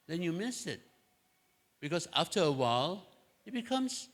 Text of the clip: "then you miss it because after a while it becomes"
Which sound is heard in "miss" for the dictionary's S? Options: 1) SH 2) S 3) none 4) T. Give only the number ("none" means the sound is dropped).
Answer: 2